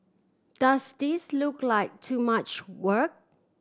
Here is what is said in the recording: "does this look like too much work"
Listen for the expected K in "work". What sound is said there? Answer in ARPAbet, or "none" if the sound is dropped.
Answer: K